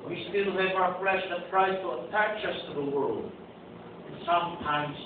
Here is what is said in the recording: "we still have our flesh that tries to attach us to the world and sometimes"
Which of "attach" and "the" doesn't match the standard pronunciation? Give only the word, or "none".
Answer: none